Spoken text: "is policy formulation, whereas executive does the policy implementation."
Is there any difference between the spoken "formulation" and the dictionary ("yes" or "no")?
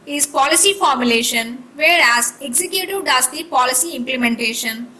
no